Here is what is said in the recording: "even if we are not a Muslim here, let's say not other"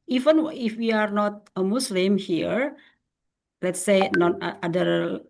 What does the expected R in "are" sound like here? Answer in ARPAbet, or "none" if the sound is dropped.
R